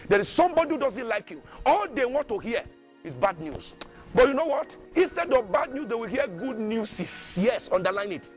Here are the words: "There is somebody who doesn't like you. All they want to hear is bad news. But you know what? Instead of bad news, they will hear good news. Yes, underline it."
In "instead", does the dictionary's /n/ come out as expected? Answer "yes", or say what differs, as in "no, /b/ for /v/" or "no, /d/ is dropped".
yes